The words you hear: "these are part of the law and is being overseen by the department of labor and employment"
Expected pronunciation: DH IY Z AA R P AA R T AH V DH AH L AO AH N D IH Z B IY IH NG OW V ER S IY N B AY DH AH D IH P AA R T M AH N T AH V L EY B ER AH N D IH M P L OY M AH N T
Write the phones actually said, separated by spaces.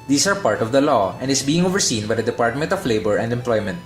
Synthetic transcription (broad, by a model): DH IY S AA R P AA R T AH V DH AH L AO AH N D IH S B IY IH NG OW V ER S IY N B AY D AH D IH P AA R T M AH N T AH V L EY B ER AH N D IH M P L OY M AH N T